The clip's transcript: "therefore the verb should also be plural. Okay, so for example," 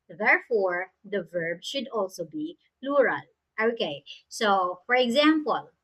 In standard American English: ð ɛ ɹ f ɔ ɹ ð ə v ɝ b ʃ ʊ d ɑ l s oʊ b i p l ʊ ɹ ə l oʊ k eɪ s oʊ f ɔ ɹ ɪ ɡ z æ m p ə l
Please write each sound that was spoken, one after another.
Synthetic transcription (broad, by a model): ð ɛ ɹ f ɔ ɹ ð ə v ɝ b ʃ ʊ d ɑ l s oʊ b i p l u ɹ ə l oʊ k eɪ s oʊ f ɔ ɹ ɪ ɡ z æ m p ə l